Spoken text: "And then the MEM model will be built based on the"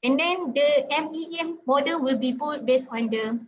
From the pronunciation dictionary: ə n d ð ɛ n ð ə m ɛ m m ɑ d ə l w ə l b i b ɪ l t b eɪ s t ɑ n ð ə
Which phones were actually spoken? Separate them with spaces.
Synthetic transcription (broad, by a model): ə n d ɛ n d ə m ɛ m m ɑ d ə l w ə l b i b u t b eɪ s ɑ n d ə